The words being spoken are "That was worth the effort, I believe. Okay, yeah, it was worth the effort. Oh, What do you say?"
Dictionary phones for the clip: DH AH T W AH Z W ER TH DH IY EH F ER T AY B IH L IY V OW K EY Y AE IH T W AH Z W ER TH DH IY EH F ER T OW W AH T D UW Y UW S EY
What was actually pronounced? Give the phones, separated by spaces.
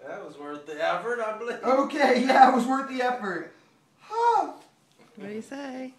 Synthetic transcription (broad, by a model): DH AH T W AH Z W ER TH DH IY EH F ER T AY B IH L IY OW K EY Y AE IH T W AH Z W ER TH DH IY EH F ER T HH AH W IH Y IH S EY